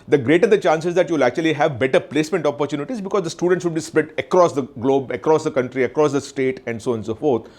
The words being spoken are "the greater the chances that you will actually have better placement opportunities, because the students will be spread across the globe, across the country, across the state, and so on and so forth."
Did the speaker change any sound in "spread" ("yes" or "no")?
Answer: yes